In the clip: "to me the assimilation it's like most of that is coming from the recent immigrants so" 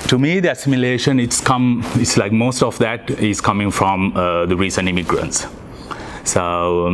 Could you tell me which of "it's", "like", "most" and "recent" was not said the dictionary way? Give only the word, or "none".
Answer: none